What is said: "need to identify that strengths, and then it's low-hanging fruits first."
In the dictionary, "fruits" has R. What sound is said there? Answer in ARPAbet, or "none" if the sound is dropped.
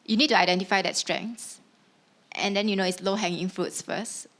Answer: R